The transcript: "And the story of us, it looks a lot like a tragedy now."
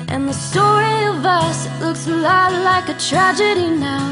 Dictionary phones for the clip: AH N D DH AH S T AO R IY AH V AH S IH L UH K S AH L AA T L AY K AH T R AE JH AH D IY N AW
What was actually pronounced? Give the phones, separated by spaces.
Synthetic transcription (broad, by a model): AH N DH AH S T AO R IY AH V AH S L UH K S AH L AA T L AY K AH T R AE JH AH D IY N AW